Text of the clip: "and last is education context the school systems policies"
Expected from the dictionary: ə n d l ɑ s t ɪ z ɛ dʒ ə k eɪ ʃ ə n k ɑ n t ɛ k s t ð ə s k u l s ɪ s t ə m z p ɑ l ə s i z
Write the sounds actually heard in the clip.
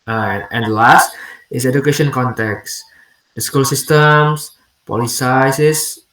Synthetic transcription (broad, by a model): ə n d l ɑ s t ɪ s ɛ dʒ ə k eɪ ʃ ə n k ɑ n t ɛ k s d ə s k u l s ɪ s t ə m s p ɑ l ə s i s